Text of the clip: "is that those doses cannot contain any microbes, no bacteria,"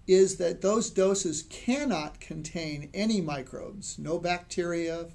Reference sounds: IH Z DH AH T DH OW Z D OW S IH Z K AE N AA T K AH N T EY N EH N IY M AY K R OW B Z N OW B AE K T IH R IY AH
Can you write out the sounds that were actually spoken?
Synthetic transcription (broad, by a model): IH Z DH AH T DH OW Z D OW S IH Z K AE N AA T K AH N T EY N EH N IY M AY K R OW B Z N OW B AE K T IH R IY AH